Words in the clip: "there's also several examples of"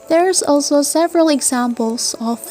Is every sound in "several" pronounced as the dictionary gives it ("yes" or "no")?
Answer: yes